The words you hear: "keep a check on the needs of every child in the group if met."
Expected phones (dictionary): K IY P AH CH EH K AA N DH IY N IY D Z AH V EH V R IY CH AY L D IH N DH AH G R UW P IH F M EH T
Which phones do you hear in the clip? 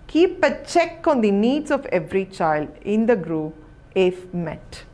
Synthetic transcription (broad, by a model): K IY P AH CH EH K AA N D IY N IY D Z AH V EH V R IY CH AY L D IH N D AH G R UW IH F M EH T